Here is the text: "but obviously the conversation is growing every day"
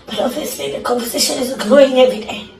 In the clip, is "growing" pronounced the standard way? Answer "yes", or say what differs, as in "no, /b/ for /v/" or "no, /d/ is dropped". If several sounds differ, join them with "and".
no, /ɹ/ is dropped